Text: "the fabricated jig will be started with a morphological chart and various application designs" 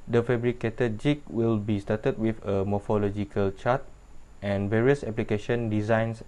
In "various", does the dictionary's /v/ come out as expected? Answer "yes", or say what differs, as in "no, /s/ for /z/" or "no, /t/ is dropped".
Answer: yes